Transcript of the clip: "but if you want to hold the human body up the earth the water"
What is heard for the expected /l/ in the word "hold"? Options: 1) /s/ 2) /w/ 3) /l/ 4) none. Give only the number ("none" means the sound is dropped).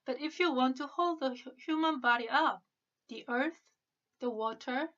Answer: 3